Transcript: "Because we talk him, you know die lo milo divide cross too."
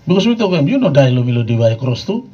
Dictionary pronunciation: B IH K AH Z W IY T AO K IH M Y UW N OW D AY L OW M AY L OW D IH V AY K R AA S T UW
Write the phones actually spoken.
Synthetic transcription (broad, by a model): B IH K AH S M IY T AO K IH M Y UW N OW D AY L OW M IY L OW D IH B AY K R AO S T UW